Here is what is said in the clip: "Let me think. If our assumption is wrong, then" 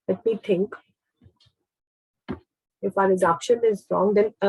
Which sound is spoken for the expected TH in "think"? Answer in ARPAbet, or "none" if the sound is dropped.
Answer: T